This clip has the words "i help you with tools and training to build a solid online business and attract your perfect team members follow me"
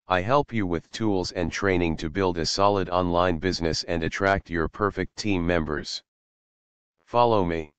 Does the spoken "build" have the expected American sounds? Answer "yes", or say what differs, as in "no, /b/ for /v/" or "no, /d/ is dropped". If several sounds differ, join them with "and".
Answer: yes